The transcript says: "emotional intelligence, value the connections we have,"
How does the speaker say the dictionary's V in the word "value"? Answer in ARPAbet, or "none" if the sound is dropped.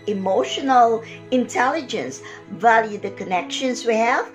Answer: V